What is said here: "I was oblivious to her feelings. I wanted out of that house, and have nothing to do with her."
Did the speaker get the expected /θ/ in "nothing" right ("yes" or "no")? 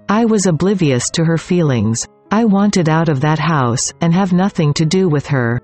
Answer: yes